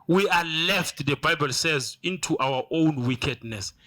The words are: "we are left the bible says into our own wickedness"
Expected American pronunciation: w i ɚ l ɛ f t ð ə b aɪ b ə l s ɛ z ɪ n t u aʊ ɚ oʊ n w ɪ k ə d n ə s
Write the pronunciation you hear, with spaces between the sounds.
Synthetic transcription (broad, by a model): w i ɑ l ɛ f t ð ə b aɪ b ə l s ɛ z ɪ n t u aʊ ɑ oʊ n w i k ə d n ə s